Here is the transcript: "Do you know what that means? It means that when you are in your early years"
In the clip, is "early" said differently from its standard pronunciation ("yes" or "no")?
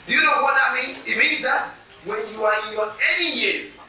yes